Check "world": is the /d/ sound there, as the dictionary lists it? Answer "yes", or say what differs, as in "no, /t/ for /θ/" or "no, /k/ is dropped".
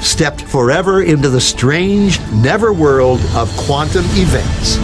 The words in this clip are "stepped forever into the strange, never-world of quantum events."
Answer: yes